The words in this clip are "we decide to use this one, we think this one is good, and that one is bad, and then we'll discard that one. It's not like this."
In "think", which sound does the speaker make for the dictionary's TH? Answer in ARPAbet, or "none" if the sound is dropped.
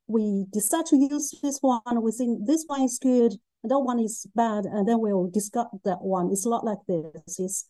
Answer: S